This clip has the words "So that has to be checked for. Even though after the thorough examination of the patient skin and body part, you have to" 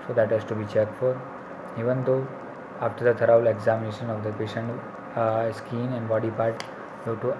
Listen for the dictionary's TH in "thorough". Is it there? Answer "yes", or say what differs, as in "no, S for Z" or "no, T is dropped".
no, T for TH